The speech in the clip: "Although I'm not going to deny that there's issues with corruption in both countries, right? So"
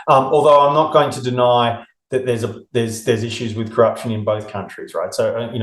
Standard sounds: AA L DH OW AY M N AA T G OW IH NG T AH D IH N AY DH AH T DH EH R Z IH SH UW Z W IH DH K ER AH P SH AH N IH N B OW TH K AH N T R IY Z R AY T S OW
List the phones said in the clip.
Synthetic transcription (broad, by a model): AA L DH OW AY M N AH T G OW IH NG T AH D IH N AY DH AH T DH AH R Z IH SH UW Z W IH DH K ER AH P SH AH N IH N B OW TH K AH N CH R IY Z R AY T S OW